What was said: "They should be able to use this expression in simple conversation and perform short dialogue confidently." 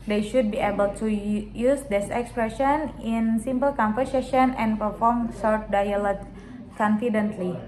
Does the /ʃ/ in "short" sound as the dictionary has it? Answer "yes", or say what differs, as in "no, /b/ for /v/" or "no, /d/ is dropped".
no, /s/ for /ʃ/